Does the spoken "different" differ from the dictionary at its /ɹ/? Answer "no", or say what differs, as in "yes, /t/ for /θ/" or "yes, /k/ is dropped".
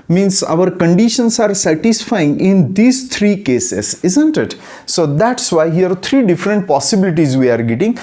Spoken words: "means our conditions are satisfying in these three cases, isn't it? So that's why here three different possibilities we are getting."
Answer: no